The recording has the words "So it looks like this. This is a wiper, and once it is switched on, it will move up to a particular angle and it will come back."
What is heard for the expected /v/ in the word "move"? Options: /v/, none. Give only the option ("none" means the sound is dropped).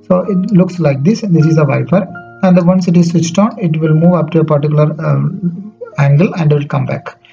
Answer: /v/